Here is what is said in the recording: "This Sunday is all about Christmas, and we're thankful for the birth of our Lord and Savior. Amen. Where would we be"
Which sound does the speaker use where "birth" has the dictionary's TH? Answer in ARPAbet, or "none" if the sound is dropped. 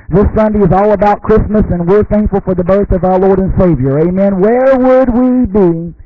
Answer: TH